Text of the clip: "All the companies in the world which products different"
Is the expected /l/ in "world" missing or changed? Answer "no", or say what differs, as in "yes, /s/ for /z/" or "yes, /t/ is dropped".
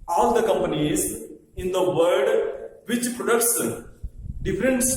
yes, /l/ is dropped